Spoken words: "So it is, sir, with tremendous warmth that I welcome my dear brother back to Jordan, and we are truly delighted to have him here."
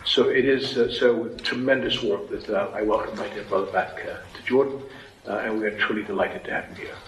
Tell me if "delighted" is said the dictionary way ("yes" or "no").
yes